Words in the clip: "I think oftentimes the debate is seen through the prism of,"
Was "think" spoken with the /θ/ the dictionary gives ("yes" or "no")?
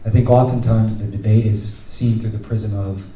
yes